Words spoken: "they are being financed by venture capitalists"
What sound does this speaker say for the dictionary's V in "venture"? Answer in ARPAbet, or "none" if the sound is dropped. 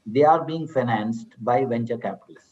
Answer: V